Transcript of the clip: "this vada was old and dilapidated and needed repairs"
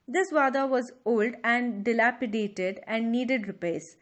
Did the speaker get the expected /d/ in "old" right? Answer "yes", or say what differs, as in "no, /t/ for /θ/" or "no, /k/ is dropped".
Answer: yes